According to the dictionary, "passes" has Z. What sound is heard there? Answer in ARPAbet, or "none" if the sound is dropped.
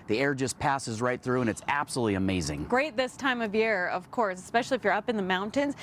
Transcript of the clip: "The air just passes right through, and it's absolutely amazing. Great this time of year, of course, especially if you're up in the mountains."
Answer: Z